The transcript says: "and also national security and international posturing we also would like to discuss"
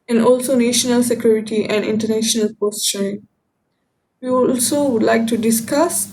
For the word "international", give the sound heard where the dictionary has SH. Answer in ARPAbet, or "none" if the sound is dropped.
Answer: SH